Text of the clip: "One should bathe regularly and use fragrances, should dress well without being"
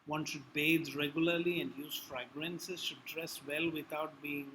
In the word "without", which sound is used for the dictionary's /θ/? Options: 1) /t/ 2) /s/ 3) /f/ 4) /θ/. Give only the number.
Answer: 1